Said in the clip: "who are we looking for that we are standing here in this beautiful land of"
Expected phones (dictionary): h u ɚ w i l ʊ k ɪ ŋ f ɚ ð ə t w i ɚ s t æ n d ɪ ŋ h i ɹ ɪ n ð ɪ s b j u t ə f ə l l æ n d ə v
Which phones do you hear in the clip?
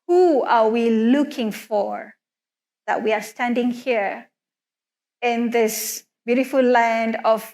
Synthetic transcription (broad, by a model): h u ɚ w i l ʊ k ɪ ŋ f ɚ ð ə t w i ɚ s t æ n d ɪ ŋ h i ɹ ɪ n ð ɪ s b j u t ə f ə l l æ n d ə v